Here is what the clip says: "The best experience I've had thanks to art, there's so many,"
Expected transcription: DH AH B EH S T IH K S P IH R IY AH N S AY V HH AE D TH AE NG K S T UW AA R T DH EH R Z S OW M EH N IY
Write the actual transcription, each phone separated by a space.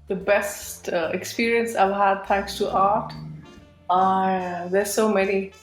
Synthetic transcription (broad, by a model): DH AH B EH S T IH K S P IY R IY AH N S AY V HH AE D T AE NG K S T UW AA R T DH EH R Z S OW M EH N IY